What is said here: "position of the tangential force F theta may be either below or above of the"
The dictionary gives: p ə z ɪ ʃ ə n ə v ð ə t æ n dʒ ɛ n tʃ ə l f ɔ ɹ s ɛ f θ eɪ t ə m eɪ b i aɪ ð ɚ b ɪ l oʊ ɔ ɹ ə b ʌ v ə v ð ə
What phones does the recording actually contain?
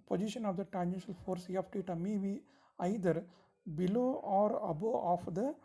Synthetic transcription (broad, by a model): p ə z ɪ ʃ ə n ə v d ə t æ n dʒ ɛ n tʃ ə l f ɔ ɹ s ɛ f t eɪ t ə m eɪ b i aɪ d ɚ b ɪ l oʊ ɔ ɹ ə b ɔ ə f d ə